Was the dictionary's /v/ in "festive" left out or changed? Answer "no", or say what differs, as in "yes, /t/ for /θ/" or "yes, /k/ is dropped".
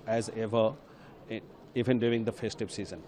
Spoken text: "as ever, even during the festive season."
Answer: yes, /p/ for /v/